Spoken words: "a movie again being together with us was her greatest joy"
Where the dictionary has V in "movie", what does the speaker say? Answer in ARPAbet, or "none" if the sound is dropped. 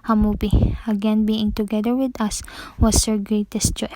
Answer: P